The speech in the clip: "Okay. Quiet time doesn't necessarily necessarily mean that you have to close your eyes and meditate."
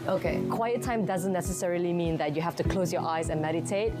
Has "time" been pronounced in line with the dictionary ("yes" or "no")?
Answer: yes